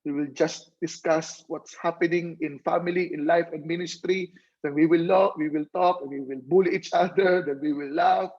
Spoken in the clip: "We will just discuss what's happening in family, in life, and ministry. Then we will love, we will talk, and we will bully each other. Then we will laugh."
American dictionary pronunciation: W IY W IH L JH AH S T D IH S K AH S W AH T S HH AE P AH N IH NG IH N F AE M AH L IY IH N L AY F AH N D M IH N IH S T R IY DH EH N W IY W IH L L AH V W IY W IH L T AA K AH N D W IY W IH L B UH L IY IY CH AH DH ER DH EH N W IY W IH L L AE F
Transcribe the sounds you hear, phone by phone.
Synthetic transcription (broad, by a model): W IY W IH L JH AH S T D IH S K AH S W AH T S HH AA P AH N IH NG IH N F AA M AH L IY IH N L AY F AH N D M IH N IH S T R IY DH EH N W IY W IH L L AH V W IY W IH L T AA K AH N W IY W IH L B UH L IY IY CH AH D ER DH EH N W IY W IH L L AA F